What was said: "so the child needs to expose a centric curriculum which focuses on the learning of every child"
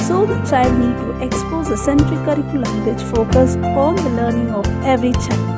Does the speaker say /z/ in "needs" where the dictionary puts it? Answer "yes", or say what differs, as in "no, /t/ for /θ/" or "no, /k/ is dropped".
no, /z/ is dropped